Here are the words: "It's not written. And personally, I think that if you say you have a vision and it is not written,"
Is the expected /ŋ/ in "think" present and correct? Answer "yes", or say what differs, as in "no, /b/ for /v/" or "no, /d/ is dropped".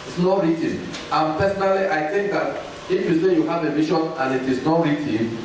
yes